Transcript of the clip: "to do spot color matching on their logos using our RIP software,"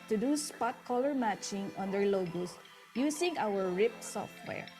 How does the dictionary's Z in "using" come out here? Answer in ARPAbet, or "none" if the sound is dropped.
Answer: S